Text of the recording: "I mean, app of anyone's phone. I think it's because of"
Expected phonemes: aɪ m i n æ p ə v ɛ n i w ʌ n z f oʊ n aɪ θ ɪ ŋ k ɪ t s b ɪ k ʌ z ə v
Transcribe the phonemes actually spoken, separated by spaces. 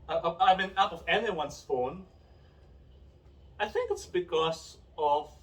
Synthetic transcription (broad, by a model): aɪ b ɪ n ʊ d ə v ɛ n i w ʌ n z f oʊ n aɪ θ ɪ ŋ k ɪ t s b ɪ k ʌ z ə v